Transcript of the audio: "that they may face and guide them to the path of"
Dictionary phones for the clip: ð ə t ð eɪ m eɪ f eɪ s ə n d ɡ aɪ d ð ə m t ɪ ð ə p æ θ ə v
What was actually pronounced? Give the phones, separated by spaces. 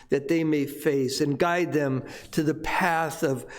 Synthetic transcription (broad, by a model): ð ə t ð eɪ m eɪ f eɪ s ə n ɡ aɪ d ð ə m t ɪ ð ə p æ θ ə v